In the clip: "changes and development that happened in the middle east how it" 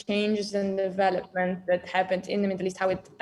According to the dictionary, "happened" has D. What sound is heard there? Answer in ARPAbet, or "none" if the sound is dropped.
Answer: D